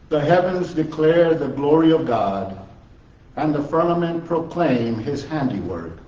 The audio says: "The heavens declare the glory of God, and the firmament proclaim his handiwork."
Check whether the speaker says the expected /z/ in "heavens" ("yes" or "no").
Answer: yes